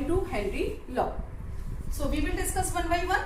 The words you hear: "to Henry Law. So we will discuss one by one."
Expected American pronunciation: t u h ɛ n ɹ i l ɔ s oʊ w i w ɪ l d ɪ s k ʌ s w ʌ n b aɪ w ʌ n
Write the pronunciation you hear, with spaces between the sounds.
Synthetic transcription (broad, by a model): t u h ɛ ɹ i l ɔ s oʊ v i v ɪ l d ɪ s k ʌ s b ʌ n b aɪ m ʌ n